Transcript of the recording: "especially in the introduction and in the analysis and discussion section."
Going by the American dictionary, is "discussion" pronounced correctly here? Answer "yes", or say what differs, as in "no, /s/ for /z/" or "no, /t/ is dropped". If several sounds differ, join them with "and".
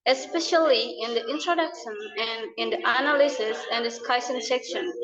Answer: no, /s/ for /ʃ/